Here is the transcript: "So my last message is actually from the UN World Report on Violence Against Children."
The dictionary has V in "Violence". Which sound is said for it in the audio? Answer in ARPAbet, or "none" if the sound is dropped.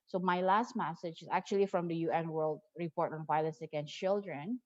P